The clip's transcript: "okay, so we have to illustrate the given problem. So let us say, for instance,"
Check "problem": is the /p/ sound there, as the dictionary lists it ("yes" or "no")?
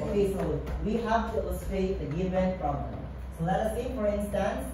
no